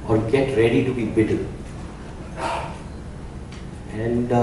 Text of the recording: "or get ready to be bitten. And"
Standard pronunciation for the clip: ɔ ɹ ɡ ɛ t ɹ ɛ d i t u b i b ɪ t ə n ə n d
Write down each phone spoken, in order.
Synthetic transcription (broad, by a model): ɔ ɹ ɡ ɛ t ɹ ɛ d i t u b i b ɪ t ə l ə n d